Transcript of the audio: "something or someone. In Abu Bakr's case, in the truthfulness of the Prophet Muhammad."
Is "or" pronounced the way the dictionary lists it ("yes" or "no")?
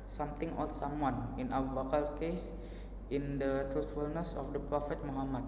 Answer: no